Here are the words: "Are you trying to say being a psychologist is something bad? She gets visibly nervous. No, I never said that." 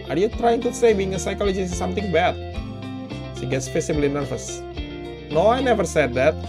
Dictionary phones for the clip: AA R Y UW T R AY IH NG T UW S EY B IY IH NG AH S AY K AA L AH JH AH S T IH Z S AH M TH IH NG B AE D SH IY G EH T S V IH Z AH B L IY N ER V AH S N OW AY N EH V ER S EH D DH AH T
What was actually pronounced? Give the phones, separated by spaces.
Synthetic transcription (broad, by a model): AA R Y UW T R AY IH NG T UW S EY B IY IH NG AH S AY K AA L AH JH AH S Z S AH M T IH NG B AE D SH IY G EH T S F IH S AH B L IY N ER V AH S N OW AY N EH V ER S EH D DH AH T